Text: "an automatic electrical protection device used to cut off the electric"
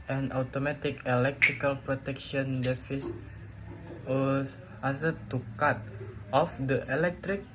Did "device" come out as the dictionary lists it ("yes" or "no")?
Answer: no